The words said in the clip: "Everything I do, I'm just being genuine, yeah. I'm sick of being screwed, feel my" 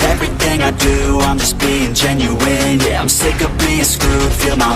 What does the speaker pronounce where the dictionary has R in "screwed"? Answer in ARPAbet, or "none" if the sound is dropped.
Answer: none